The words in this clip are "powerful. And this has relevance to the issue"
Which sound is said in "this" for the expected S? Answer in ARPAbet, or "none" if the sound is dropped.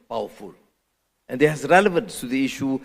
none